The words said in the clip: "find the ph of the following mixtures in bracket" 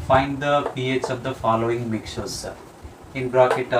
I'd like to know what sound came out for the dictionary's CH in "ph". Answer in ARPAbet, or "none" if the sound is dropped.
S